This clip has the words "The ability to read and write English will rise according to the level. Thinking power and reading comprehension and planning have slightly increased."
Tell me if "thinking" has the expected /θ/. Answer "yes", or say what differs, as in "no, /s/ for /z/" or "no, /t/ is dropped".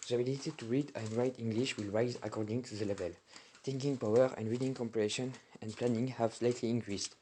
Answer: no, /t/ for /θ/